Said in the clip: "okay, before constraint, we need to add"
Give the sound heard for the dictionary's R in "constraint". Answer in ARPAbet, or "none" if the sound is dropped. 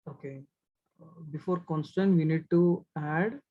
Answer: none